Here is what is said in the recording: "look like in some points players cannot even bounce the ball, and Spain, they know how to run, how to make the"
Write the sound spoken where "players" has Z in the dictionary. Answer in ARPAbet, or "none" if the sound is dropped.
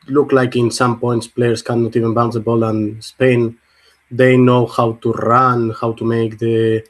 S